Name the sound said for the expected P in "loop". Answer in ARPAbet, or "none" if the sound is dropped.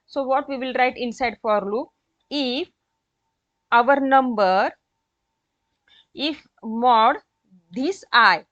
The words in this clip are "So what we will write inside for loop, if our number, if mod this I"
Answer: none